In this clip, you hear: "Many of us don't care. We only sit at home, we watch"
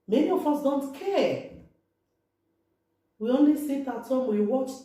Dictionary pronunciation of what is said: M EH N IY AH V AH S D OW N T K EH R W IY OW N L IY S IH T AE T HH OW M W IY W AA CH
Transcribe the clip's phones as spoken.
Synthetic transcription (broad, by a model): M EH N IY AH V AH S D OW N T K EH W IY OW N L IY S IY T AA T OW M W IY W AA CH